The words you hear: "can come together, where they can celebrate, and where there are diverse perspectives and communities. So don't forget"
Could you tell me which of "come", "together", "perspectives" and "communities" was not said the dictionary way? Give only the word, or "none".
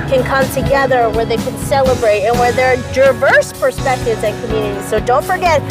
none